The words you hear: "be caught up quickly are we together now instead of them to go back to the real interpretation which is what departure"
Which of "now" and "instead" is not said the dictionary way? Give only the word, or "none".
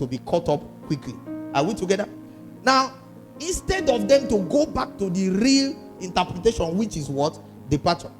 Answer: none